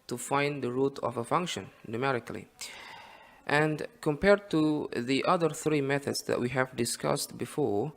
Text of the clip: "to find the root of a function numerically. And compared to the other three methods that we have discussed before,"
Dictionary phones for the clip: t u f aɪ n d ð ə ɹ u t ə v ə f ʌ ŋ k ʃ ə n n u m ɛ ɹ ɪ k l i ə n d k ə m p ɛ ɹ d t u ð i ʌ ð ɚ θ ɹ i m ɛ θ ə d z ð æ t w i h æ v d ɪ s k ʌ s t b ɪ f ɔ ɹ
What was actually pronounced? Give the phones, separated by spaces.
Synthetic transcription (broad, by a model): t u f aɪ n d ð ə ɹ u t ə v ə f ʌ ŋ k ʃ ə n n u m ɛ ɹ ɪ k l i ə n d k ə m p ɛ ɹ d t u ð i ʌ ð ɚ θ ɹ i m ɛ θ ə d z ð æ t w i h æ v d ɪ s k ʌ s t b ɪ f ɔ ɹ